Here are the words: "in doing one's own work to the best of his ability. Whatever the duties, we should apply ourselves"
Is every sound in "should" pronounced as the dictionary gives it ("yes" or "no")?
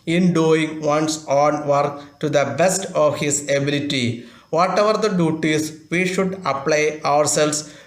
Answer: yes